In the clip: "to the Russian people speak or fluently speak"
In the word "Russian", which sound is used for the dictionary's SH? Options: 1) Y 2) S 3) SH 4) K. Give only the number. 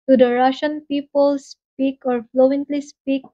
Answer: 3